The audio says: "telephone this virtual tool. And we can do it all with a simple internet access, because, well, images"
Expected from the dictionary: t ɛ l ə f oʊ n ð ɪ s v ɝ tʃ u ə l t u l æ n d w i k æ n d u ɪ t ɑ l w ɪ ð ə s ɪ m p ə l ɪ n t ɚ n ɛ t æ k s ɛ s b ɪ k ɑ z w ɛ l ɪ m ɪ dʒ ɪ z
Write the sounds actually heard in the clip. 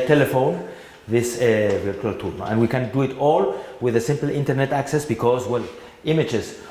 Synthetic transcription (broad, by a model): t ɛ l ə f oʊ n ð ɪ s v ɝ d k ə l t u n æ n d w i k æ n d u ɪ t ɑ l w ɪ ð ə s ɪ m p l ɪ n t ɚ n ɛ t æ k s ɛ s b ɪ k ɑ z w ɛ l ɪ m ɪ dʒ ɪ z